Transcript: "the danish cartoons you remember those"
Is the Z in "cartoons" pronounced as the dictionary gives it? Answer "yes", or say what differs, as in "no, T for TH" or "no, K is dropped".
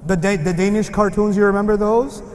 yes